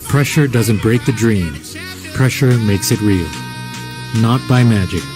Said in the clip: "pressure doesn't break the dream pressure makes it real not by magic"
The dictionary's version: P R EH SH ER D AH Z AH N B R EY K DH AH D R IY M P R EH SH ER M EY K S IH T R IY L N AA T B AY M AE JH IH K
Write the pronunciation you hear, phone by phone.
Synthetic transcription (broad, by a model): P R EH SH ER D AH Z AH N B R EY K DH AH D R IY M P R EH SH ER M EY K S IH T R IY L N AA T B AY M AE JH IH K